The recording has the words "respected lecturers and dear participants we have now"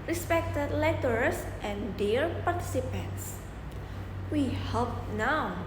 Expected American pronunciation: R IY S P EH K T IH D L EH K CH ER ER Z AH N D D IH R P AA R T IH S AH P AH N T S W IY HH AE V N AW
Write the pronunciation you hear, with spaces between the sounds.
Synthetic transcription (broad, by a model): R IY S P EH K T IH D L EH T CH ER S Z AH N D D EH R P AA R T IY S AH P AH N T S W IY HH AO P N AW